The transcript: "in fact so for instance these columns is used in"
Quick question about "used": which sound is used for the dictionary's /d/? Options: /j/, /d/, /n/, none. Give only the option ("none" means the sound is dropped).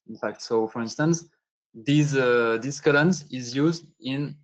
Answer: /d/